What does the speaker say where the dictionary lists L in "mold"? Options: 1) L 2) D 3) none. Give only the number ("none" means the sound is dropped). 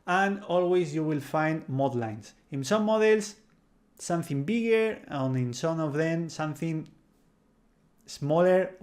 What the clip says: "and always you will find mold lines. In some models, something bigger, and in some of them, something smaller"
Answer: 3